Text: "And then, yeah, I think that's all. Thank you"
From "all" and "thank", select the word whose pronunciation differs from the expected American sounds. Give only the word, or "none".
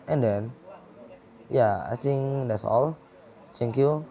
thank